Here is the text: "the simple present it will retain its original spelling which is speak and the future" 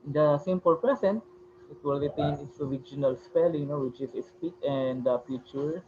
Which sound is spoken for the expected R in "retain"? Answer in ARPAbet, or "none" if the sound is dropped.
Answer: L